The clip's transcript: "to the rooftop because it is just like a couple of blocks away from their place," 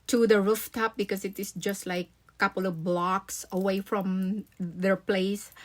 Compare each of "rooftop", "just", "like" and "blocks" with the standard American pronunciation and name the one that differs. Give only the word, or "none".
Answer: none